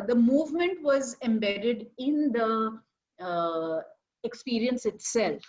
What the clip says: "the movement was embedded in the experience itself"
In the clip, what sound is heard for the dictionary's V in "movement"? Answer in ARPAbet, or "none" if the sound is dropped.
V